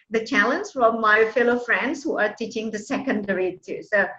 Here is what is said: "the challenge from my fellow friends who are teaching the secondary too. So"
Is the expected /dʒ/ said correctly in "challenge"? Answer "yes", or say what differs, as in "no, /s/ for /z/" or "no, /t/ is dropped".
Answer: no, /z/ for /dʒ/